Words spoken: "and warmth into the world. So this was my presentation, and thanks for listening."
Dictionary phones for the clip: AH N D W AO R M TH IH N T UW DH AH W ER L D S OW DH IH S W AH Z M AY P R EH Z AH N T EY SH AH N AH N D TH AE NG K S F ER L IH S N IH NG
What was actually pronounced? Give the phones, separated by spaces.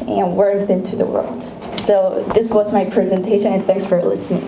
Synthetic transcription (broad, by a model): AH N W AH R TH IH N T UW DH AH W ER L D S OW DH IH S W AH Z M AY P R EH Z AH N T EY SH AH N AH N TH AE NG K S F ER L IH S N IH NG